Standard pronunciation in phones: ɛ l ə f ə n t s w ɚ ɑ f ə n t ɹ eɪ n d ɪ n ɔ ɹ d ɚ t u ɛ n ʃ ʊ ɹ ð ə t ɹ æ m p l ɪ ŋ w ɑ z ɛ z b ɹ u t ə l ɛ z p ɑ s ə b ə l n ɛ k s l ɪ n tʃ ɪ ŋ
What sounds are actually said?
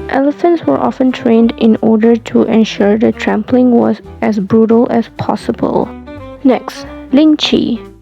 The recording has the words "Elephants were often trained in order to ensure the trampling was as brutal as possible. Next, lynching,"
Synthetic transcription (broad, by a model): ɛ l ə f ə n t s w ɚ ɑ f ə n t ɹ eɪ n d ɪ n ɔ ɹ d ɚ t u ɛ n ʃ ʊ ɹ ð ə t ɹ æ m p l ɪ ŋ w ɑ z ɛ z b ɹ u t ə l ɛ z p ɑ s ə b ə l n ɛ k s l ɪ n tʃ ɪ